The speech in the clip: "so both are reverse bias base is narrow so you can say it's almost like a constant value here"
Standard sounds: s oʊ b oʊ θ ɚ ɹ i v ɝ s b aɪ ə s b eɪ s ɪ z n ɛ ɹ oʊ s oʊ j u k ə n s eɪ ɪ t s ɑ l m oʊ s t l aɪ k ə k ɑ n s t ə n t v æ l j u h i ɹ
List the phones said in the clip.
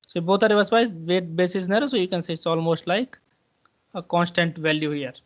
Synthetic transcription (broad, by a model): s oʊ b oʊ t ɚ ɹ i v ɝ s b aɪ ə b eɪ s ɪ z n ɛ ɹ oʊ s oʊ j u k ə n s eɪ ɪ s ɑ l m oʊ s t l aɪ k ə k ɑ n s t ə n t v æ l j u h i ɹ